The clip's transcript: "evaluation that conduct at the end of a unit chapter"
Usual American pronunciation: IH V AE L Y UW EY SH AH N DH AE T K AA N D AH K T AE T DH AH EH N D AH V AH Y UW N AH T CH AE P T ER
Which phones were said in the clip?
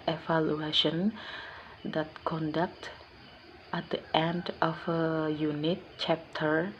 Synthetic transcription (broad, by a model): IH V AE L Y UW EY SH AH N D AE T K AA N D AH K T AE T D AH EH N D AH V AH Y UW N AH T CH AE P T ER